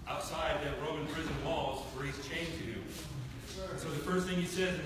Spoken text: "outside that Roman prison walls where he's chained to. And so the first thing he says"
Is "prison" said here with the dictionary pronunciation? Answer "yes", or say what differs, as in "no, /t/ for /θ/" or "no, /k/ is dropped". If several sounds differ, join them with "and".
yes